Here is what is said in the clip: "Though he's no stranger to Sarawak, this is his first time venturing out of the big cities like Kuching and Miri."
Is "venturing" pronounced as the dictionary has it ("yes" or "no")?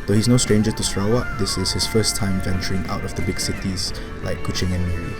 yes